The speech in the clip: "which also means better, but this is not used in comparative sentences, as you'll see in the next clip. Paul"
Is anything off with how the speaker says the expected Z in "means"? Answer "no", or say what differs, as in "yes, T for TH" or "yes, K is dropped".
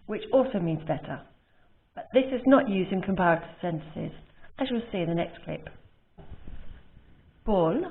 no